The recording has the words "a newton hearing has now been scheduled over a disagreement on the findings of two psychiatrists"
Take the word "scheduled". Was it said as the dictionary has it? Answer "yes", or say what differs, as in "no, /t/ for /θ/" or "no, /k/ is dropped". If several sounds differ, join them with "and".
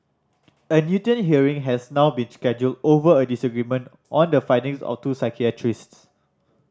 yes